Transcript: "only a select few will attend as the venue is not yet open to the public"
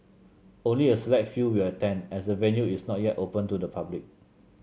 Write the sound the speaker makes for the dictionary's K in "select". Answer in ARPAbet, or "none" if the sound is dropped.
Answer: none